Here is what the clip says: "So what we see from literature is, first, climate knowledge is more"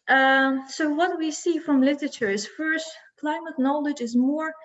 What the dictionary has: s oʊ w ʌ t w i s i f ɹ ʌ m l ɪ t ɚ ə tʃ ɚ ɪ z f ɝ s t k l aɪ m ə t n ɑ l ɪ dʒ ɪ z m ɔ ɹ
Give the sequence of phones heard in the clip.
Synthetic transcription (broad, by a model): s oʊ w ʌ t w i s i f ɹ ʌ m l ɪ t ɚ ə tʃ ɚ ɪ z f ɝ s t k l aɪ m ə t n ɑ l ɪ dʒ ɪ z m ɔ ɹ